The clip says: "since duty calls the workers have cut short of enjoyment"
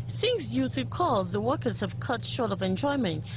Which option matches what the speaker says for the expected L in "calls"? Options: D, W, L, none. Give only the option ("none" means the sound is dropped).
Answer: none